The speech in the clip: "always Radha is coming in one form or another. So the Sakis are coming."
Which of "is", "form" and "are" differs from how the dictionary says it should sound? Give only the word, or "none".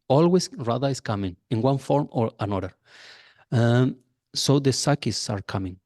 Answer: is